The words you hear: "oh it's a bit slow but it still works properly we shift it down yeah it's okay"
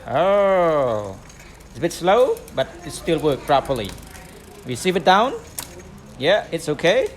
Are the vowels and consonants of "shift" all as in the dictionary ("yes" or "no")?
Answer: no